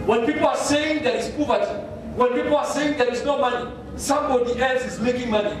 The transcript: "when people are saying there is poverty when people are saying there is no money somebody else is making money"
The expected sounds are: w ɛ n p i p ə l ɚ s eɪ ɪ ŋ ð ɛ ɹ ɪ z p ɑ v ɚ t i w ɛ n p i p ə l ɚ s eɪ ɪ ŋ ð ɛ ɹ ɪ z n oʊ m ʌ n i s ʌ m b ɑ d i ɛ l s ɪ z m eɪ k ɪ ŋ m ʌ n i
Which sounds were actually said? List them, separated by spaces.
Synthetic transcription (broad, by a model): w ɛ n p i p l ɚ s eɪ ɪ ŋ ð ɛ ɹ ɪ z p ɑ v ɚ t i w ɛ n p i p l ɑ s eɪ ɪ ŋ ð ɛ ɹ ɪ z n oʊ m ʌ n i s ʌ m b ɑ d i ɛ l s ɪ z m eɪ k ɪ ŋ m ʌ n i